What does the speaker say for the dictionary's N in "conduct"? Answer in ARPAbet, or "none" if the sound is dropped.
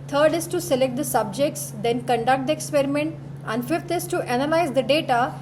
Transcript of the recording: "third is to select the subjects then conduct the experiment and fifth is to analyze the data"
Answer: N